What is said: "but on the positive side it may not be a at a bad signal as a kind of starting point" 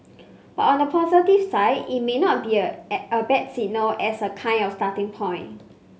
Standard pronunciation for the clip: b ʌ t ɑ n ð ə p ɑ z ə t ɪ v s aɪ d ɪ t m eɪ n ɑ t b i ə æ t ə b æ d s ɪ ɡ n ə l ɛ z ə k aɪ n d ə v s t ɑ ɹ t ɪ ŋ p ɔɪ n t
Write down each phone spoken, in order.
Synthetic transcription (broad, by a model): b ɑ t ɑ n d ə p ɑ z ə t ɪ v s aɪ d ɪ t m eɪ n ɑ t b i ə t ə b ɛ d s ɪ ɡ n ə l ɛ s ə k aɪ n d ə f s t ɑ t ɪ ŋ p ɔɪ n